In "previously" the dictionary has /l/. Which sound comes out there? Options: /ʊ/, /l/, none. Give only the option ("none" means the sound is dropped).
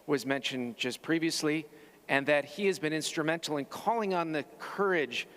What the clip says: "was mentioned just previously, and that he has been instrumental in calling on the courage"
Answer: /l/